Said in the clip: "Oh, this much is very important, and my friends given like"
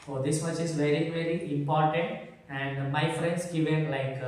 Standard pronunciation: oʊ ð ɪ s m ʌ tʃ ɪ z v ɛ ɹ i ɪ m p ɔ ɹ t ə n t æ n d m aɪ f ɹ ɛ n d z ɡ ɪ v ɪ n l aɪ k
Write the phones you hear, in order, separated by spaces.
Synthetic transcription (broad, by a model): oʊ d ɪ s m ʌ tʃ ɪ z v ɛ ɹ i ɪ m p ɔ ɹ t ə n t æ n d m aɪ f ɹ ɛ n d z ɡ ɪ v ɪ n l aɪ k